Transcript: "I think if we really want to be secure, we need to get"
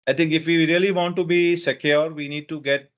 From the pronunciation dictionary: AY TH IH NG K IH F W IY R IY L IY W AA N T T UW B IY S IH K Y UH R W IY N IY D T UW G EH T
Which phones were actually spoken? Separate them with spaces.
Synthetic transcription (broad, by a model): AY T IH NG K IH F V IY R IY L IY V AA N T T UW B IY S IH K Y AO R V IY N IY D T UW G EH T